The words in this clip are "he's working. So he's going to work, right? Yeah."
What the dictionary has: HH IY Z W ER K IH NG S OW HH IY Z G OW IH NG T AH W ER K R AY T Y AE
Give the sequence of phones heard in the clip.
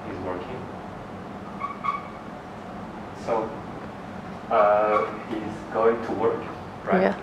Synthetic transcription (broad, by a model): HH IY Z W ER K IH NG S OW HH IY Z G OW IH NG T AH W ER K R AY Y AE